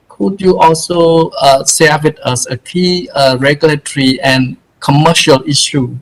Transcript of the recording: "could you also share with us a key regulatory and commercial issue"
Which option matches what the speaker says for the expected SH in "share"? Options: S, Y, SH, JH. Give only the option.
S